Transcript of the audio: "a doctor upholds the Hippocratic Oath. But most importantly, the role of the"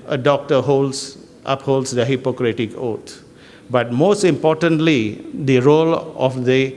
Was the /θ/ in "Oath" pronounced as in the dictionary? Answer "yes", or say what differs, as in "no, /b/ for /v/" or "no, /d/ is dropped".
no, /t/ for /θ/